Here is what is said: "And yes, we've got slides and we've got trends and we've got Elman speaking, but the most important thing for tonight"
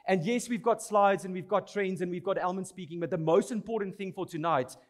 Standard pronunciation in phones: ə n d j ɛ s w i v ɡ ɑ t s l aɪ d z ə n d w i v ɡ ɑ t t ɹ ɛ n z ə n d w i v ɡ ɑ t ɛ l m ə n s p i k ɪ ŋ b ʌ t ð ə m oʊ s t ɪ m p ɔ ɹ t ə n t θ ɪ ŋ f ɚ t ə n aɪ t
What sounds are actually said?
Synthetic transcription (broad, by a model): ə n d j ɛ s w i v ɡ ɑ t s l aɪ d z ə n w i v ɡ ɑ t t ɹ ɛ n z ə n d w i v ɡ ɑ t ɛ l m ə n s p i k ɪ ŋ b ʌ t ð ə m oʊ s t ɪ m p ɔ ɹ t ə n t θ ɪ ŋ f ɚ t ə n aɪ t